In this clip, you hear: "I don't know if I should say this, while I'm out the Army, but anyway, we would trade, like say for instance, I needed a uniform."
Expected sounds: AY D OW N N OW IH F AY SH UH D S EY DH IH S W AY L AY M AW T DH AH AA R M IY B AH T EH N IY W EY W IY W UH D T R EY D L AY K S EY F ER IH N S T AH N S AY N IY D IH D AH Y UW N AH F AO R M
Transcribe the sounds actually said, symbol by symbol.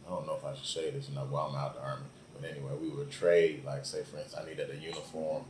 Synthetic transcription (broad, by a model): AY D OW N N OW IH F AY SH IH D S EY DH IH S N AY W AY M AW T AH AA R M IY B AH T EH N IY W EY W IY W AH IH T R EY D L AY K S EY IH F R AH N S AY N IY D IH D AH Y UW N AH F AO R M